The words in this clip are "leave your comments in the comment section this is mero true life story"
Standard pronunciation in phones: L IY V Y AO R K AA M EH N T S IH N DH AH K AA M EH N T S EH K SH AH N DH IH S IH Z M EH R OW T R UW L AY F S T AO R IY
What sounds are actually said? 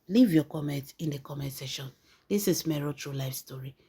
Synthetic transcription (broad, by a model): L IY V Y AO K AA M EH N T IH N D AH K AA M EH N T S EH SH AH N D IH S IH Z M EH R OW T R UW L AY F S T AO R IY